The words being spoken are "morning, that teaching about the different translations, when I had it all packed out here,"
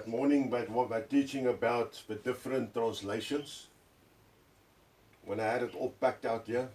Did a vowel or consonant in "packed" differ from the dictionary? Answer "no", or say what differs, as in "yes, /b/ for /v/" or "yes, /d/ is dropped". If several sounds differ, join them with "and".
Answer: no